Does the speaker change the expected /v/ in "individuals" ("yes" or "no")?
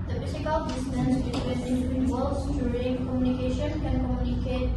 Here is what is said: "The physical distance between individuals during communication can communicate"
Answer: yes